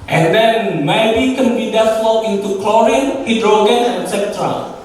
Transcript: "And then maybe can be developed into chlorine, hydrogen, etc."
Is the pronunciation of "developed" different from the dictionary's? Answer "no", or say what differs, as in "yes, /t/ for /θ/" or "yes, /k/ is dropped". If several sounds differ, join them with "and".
yes, /p/ is dropped